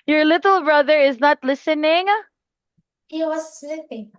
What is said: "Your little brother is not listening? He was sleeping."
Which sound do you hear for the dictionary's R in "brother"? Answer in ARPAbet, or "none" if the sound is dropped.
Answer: R